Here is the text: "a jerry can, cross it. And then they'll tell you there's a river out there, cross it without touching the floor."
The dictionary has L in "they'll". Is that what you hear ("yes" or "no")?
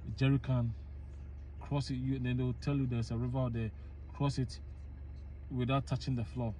no